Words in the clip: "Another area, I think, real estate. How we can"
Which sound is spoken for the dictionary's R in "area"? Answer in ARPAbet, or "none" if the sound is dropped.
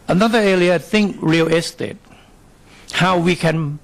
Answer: L